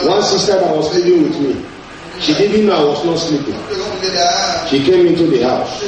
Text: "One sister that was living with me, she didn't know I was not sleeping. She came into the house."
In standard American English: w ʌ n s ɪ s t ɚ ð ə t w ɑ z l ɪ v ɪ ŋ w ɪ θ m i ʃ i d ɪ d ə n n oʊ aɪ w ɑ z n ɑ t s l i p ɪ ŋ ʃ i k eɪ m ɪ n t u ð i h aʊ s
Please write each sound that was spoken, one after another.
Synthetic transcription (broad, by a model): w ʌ n s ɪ s t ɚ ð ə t w ɑ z l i p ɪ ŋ w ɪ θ m i ʃ i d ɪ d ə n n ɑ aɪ w ɑ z n ɑ t s l i p ɪ ŋ ʃ i k eɪ m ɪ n t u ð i h aʊ s